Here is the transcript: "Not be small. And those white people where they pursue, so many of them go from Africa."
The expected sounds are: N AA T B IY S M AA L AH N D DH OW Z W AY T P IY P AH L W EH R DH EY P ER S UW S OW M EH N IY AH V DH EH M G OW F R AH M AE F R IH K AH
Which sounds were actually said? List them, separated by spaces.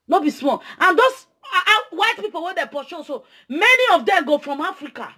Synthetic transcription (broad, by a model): N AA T B IY S M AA AH N D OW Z W AY T P IY P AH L W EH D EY P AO SH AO S OW M EH N IY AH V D EH M G OW F R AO M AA F R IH K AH